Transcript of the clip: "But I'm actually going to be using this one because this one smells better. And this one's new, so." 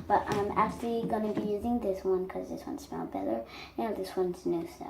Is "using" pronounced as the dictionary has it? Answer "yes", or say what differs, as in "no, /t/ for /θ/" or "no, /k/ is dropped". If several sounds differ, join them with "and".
yes